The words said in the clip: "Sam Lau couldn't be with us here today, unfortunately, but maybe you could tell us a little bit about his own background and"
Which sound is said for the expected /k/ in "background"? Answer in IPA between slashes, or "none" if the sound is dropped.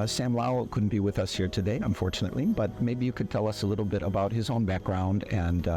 /k/